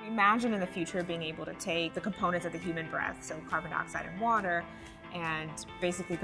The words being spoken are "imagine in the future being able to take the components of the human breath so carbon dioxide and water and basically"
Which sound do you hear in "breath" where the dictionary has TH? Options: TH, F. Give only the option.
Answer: TH